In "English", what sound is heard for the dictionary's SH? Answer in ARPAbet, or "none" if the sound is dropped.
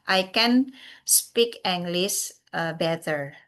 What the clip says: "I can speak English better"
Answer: S